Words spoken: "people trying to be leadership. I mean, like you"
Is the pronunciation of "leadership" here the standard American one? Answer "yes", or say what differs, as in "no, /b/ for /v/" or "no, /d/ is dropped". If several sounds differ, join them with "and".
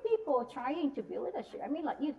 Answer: no, /w/ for /l/ and /p/ is dropped